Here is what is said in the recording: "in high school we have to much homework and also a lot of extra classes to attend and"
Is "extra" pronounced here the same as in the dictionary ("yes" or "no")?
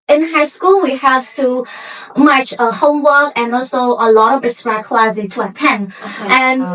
no